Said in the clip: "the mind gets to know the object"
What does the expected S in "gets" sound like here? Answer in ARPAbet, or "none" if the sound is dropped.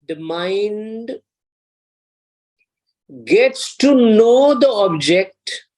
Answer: S